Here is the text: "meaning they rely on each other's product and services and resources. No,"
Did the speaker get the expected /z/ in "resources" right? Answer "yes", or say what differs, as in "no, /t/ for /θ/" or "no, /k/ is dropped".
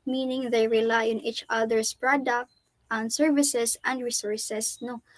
no, /s/ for /z/